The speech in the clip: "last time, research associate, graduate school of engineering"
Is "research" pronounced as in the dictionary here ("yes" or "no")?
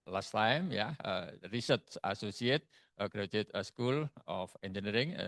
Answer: no